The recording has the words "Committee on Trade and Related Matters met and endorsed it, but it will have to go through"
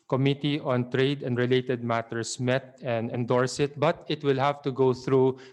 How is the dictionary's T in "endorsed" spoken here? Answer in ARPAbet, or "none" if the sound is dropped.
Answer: none